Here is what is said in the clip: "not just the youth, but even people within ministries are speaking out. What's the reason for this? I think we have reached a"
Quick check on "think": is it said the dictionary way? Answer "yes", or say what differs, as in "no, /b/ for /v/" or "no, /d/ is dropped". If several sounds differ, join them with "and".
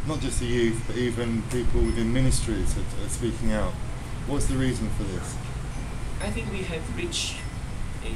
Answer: yes